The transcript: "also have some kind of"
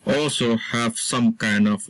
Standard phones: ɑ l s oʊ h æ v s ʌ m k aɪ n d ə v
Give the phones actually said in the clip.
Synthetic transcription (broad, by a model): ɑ l s oʊ h æ v s ʌ m k aɪ n d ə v